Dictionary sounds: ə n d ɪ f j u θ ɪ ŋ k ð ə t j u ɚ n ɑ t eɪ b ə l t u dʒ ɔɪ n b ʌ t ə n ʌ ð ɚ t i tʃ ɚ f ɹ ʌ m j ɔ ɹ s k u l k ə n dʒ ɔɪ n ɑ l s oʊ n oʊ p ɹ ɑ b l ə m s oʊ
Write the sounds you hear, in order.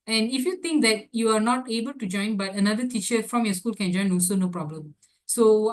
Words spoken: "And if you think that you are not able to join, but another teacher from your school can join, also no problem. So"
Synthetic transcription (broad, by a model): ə n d ɪ f j u t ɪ ŋ k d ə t j u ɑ n ɑ t eɪ b ə l t u dʒ ɔɪ n b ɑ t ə n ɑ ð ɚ t i tʃ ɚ f ɹ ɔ m j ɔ s k u l k ə n dʒ ɔɪ n ɑ l s oʊ n oʊ p ɹ ɑ b l ə m s oʊ